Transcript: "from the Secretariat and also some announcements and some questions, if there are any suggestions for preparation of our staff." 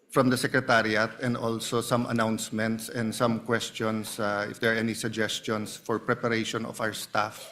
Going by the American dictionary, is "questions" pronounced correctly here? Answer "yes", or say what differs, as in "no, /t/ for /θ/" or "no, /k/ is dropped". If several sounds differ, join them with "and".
no, /s/ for /z/